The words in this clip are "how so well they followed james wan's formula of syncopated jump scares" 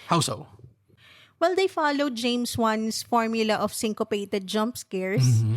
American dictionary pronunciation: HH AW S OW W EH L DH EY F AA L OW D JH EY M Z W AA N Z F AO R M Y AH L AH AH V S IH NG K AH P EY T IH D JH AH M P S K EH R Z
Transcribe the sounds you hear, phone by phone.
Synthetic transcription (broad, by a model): HH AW S OW W EH L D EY F AA L OW D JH EY M S W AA N S F AO R M Y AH L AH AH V S IH NG K AH P EY T IH D JH AH M P S K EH R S